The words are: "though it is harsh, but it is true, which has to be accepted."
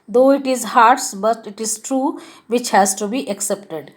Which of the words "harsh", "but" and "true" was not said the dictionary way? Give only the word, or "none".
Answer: harsh